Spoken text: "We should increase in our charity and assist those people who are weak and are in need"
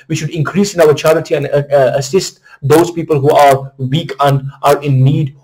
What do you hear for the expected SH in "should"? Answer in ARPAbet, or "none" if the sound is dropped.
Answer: SH